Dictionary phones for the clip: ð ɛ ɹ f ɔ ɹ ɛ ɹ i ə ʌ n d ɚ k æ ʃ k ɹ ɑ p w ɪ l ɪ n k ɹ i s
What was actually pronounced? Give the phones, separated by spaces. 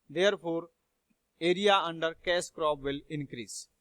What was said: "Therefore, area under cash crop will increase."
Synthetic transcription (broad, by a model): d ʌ ɹ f ɔ ɹ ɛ ɹ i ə ʌ n d ɚ k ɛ s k ɹ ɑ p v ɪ l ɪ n k ɹ i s